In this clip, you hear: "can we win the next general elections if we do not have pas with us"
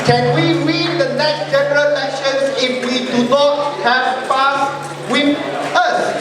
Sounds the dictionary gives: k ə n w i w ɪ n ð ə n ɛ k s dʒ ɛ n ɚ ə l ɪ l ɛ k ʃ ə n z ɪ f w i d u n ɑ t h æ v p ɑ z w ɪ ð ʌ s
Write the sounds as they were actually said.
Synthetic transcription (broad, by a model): k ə n w i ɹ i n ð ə n ɛ k s dʒ ɛ n ɚ ə l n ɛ ʃ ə n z ɪ f w i d u n ɑ t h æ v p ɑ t w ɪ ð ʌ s